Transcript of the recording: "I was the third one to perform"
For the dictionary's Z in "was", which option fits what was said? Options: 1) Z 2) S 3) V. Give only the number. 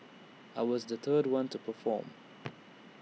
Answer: 1